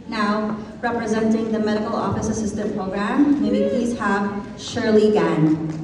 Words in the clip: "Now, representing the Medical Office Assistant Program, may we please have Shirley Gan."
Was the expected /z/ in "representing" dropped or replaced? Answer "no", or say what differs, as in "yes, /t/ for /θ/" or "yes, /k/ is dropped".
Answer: no